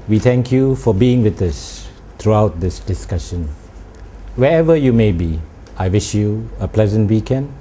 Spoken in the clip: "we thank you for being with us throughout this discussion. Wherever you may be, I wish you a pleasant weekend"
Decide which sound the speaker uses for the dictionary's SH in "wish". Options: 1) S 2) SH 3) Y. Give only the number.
2